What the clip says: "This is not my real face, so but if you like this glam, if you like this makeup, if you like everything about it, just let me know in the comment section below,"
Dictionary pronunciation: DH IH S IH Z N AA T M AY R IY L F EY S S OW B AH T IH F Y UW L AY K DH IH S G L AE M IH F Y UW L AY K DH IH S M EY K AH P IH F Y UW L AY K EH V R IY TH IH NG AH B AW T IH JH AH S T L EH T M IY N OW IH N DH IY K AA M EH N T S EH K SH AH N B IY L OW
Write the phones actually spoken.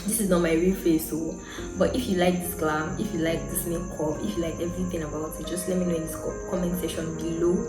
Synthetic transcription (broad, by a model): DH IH S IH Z N AA T M AY R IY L F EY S S OW B AH T IH F Y UW L AY K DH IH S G L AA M IH F Y UW L AY K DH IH S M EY K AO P IH F Y UW L AY K EH V R IY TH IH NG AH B AW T IH JH AH S T L EH T M IY N OW IH N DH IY K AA M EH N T S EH SH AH N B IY L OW